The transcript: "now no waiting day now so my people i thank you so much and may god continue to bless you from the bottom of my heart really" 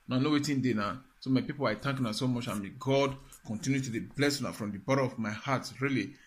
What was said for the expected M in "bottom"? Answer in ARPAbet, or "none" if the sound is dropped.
none